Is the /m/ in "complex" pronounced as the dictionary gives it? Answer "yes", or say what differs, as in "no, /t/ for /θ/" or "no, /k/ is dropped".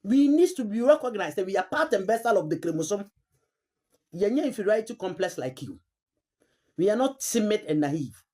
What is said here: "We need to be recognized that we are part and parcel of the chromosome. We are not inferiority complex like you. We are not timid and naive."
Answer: yes